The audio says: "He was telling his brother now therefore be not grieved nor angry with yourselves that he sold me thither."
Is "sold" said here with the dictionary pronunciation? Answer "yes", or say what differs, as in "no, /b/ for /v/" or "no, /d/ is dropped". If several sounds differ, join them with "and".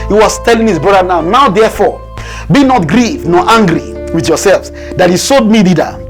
no, /l/ is dropped